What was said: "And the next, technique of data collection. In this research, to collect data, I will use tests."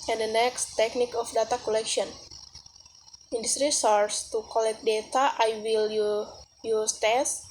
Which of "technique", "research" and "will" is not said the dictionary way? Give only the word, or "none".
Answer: research